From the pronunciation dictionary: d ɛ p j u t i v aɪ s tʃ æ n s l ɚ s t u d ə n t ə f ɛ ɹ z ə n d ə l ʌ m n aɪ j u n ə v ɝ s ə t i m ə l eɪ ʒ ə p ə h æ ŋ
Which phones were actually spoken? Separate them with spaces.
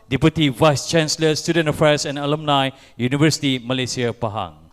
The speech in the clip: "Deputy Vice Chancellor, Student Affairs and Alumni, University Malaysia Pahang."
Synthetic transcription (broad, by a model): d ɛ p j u t i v aɪ s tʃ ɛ n s l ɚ s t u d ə n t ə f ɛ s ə n ə l ʌ m n aɪ j u n ə v ɝ s ə t i m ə l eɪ s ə p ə h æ ŋ